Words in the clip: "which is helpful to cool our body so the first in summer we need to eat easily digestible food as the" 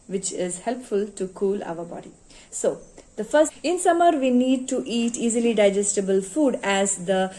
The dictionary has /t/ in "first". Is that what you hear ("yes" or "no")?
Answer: no